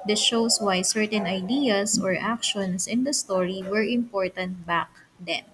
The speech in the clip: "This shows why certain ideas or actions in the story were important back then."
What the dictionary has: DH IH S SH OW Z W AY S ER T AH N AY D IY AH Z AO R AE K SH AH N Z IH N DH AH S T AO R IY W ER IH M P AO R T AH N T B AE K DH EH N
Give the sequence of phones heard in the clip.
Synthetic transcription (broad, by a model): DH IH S SH OW S W AY S ER T AH N AY D IY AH S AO R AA K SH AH N S IH N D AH S T AO R IY W ER IH M P AO R T AH N T B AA K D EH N